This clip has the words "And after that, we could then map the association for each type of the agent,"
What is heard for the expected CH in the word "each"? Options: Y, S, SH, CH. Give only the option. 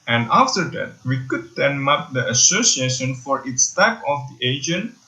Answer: S